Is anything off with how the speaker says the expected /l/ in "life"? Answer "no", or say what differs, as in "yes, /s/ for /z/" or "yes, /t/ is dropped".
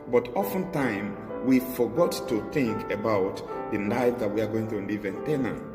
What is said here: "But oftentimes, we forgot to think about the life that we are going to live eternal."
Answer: yes, /n/ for /l/